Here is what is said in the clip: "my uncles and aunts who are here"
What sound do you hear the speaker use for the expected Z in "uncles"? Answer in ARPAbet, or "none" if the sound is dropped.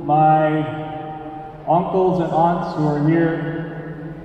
Z